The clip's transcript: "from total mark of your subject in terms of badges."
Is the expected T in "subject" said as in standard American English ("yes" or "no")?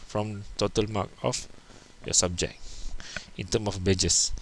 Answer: no